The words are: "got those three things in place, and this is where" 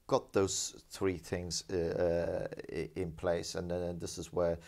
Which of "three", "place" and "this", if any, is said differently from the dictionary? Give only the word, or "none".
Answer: none